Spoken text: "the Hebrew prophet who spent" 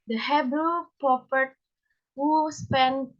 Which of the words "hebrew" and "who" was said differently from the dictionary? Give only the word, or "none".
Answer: hebrew